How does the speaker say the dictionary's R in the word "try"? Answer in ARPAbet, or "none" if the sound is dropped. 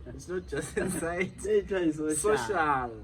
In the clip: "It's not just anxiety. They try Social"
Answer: none